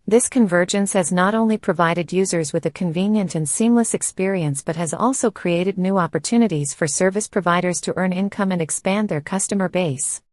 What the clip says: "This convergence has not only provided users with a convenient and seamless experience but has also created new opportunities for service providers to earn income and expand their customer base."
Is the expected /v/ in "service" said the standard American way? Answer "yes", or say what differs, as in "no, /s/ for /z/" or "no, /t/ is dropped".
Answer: yes